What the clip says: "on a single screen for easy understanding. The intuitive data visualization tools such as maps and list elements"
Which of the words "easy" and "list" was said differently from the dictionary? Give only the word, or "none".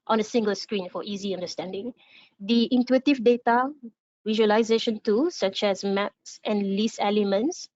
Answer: list